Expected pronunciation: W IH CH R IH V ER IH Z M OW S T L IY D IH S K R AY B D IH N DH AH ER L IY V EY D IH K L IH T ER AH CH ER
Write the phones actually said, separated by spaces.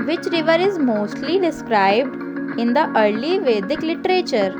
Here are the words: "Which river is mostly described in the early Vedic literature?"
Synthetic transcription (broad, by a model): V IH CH R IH V ER IH Z M OW S T L IY D IH S K R AY B D IH N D AH ER L IY V EY D IH K L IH T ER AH CH ER